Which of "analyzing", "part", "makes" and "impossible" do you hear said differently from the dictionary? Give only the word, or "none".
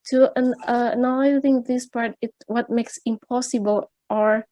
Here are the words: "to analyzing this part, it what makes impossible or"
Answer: analyzing